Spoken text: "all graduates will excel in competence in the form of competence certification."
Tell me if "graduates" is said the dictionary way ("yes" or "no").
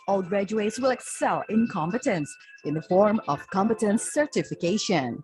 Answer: yes